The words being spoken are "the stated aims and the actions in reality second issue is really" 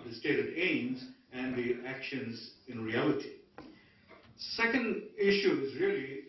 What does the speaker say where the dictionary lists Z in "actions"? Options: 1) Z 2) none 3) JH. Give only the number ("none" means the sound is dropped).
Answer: 1